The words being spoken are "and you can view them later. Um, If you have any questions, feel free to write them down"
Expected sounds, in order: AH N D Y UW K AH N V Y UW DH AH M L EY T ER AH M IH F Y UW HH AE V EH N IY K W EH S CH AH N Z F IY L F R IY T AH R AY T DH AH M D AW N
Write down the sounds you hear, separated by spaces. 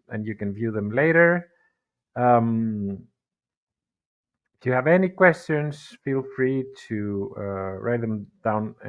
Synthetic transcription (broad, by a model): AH N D Y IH K AH N V Y UW DH AH M L EY T ER AH M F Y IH V EH N IY K W EH S CH AH N Z F IY L F R IY T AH R AY T DH AH M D AW N